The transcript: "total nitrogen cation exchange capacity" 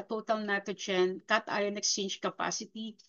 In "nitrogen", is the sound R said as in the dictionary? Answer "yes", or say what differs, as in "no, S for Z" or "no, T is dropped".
no, R is dropped